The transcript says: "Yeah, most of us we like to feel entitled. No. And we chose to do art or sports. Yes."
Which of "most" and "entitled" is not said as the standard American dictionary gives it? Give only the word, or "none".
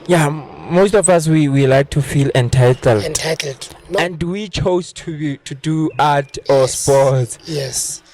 none